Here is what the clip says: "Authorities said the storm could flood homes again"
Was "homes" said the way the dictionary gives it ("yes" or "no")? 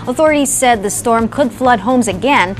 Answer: yes